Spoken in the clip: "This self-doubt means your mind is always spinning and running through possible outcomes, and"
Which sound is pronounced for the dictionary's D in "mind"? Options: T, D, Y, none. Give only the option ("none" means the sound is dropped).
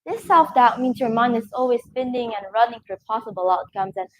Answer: none